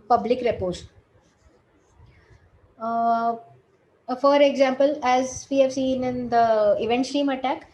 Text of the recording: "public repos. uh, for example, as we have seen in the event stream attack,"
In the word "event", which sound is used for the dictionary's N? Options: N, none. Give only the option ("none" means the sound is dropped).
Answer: N